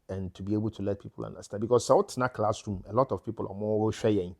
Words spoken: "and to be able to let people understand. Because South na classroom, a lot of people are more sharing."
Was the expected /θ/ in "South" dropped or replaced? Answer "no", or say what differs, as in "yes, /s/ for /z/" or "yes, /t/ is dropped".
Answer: yes, /t/ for /θ/